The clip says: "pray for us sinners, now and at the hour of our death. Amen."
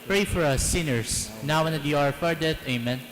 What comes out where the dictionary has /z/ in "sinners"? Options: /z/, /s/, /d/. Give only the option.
/s/